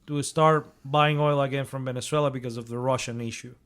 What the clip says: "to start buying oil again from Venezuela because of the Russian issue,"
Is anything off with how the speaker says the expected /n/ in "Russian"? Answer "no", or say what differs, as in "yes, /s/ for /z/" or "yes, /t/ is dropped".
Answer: no